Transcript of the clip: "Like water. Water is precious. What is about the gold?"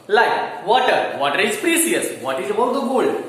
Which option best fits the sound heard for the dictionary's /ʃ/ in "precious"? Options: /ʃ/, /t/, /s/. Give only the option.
/s/